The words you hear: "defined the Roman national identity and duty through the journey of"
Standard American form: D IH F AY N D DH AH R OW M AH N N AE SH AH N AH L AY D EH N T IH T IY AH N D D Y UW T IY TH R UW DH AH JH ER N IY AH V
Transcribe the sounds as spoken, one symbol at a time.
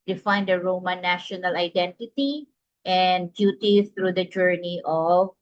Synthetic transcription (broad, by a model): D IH F AY N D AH R OW M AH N N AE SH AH N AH L AY D EH N T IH T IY AH N D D Y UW T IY S R UW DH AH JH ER N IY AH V